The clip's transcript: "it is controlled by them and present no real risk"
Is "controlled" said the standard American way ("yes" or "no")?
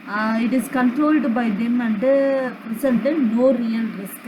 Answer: yes